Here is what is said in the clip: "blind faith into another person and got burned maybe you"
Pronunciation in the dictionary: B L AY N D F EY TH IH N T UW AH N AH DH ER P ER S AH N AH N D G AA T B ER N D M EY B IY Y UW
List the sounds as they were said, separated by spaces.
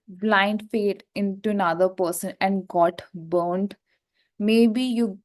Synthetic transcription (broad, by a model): B L AY N D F EY T IH N T UW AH N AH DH ER P ER S AH N AH N D G AA T B ER N D M EY B IY Y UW